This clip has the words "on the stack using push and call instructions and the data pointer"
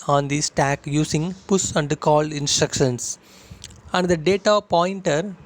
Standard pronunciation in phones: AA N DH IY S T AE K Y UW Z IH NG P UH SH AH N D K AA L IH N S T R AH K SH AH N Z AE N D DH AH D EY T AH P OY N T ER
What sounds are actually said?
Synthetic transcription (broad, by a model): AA N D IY S T AE K Y UW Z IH NG P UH S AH N D K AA L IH N S T R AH K SH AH N S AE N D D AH D EY T AH P OY N T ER